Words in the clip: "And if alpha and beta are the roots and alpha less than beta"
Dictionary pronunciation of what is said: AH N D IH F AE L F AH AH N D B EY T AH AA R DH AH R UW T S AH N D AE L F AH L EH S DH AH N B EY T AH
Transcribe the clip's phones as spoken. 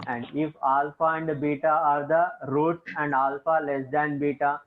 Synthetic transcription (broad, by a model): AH N D IH F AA L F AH AH N D B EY T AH AA R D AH R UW T AH N D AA L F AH L EH S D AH N B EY T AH